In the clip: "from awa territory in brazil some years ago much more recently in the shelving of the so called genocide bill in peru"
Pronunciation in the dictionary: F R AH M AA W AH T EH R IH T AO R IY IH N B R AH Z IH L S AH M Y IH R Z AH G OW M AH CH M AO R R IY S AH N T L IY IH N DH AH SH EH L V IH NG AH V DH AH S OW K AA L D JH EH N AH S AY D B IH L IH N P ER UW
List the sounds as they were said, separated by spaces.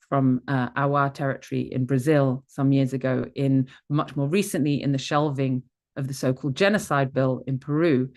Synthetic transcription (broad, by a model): F R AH M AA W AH T EH R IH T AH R IY IH N B R AH Z IH L S AH M Y IH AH Z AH G OW M AH CH M AO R R IY S AH N T L IY IH N DH AH SH EH L V IH NG AH V DH AH S OW K AA L D JH EH N AH S AY D B IH L IH N P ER UW